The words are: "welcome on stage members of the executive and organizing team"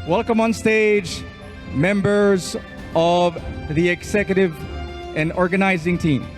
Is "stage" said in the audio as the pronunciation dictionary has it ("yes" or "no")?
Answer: yes